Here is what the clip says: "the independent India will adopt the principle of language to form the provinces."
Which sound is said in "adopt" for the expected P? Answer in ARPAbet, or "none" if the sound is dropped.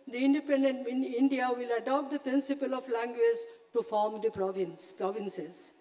P